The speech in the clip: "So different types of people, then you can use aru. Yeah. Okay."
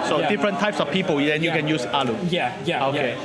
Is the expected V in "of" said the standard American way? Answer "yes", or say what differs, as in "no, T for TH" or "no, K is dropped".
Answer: no, F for V